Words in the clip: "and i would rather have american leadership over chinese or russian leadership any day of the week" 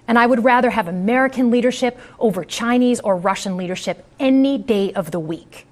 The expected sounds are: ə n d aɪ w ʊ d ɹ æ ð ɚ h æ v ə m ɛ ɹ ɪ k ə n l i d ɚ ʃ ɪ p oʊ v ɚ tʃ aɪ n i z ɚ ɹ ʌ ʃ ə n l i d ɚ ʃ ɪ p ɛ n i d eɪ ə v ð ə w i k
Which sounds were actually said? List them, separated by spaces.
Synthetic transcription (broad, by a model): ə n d aɪ w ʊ d ɹ æ ð ɚ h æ v ə m ɛ ɹ ɪ k ə n l i d ɚ ʃ ɪ p oʊ v ɚ tʃ aɪ n i z ɚ ɹ ʌ ʃ ə n l i d ɚ ʃ ɪ p ɛ n i d eɪ ə v ð ə w i k